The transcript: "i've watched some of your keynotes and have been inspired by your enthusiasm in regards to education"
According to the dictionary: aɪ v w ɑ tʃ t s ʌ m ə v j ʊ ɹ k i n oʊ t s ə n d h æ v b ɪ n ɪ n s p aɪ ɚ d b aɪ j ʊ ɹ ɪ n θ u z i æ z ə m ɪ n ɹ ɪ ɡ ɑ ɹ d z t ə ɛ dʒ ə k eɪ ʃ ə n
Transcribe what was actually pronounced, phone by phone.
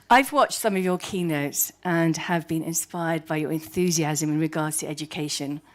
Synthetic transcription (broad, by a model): aɪ v w ɑ tʃ t s ʌ m ə v j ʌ k i n oʊ t s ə n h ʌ v b ɪ n ɪ n s p aɪ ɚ d b aɪ j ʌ ɹ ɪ n θ u z i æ z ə m ɪ n ɹ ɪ ɡ ɑ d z t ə ɛ dʒ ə k eɪ ʃ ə n